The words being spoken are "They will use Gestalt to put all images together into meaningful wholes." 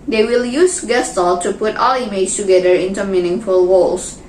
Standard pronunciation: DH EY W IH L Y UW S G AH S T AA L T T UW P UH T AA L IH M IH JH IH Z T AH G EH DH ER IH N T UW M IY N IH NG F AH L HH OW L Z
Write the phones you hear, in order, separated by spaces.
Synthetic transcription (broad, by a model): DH EY W IH L Y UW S G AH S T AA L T T UW P UH T AA L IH IH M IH S T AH G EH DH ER IH N T UW M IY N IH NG F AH L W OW L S